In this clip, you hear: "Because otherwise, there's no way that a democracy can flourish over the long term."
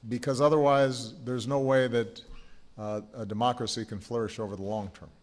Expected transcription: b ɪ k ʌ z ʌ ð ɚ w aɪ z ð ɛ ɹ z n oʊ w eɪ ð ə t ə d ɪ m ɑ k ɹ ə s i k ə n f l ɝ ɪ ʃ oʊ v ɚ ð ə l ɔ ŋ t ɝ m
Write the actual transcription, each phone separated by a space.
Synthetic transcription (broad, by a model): b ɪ k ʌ z ʌ ð ɚ w aɪ z ð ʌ ɹ z n oʊ w eɪ ð ə t ə d ɪ m ɑ k ɹ ə s i k ə n f l ɝ ɪ ʃ oʊ v ɚ ð ə l ɔ ŋ t ɝ m